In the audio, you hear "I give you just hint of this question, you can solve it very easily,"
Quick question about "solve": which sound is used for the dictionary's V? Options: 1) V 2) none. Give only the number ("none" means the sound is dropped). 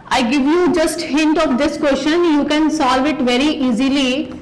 1